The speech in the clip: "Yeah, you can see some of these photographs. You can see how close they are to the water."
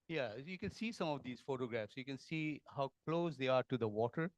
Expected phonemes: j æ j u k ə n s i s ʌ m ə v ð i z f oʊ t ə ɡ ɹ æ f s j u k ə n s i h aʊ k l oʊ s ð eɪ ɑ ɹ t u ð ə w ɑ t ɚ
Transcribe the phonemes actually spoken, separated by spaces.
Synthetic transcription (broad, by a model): j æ j u k ə n s i s ʌ m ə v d i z f oʊ t ə ɡ ɹ æ f s j u k ə n s i h aʊ k l oʊ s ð eɪ ɑ ɹ t u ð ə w ɑ t ɚ